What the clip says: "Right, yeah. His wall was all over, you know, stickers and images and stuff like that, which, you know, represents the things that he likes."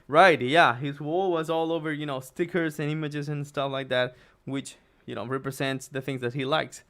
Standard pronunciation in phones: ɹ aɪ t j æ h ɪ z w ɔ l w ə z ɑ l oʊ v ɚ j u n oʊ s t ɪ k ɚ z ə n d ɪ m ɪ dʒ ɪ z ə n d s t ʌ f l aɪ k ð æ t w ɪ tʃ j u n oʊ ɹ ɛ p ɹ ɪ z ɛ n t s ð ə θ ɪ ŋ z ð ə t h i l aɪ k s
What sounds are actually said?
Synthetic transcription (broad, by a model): ɹ aɪ t j æ h ɪ z w ɔ l w ə z ɑ l oʊ v ɚ j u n oʊ s t ɪ k ɚ z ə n ɪ m ɪ dʒ ɪ z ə n s t ʌ f l aɪ k ð æ t w ɪ tʃ j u n oʊ ɹ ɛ p ɹ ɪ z ɛ n t s ð ə θ ɪ ŋ z ð ə t h i l aɪ k s